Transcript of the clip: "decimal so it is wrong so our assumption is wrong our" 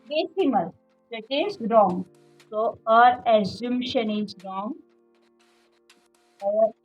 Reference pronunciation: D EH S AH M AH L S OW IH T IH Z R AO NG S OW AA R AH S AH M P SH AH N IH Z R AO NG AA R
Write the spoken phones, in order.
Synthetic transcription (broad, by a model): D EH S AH M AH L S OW IH T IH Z R AO NG S OW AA R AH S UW M SH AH N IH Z R AO NG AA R